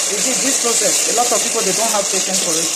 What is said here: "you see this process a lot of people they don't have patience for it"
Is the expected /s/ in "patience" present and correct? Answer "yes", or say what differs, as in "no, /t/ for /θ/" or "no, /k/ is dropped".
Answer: no, /s/ is dropped